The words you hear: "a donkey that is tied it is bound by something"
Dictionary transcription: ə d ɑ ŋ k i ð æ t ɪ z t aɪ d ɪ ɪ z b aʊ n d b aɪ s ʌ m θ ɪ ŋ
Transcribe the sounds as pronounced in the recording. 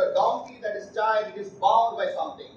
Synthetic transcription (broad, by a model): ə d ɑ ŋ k i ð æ t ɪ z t aɪ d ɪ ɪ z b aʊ d b aɪ s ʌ m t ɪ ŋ